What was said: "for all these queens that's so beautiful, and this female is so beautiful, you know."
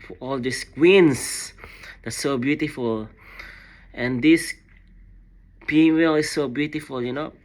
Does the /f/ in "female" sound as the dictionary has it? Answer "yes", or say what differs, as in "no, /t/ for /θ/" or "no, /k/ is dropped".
no, /p/ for /f/